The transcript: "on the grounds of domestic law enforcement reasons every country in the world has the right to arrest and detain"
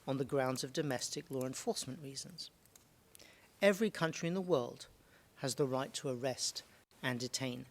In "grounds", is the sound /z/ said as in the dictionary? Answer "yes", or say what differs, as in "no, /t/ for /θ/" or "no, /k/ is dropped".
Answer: yes